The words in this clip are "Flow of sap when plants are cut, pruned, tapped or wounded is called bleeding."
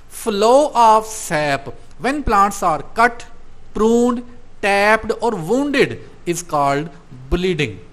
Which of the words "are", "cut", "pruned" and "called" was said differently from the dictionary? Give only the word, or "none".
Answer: none